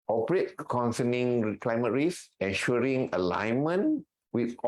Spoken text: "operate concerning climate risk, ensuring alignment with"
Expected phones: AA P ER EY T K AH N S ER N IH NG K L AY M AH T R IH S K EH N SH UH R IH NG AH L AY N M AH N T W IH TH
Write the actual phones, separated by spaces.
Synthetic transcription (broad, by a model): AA P ER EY T K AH N S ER N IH NG K L AY M AH T R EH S EH N SH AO R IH NG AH L AY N M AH N W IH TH